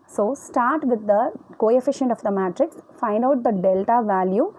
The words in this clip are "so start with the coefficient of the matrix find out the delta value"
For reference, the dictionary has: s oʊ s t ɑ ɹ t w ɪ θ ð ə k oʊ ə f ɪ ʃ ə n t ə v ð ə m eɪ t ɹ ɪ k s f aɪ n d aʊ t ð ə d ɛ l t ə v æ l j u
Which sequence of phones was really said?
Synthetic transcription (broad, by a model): s oʊ s t ɑ ɹ t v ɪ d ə k oʊ ə f ɪ ʃ ə n t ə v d ə m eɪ t ɹ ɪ k s f aɪ n d aʊ t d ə d ɛ l t ə v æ l j u